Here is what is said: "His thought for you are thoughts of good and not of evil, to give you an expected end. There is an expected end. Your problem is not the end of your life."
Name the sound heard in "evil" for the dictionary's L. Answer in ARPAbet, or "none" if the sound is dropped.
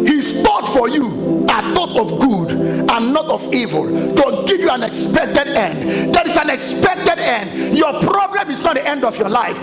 L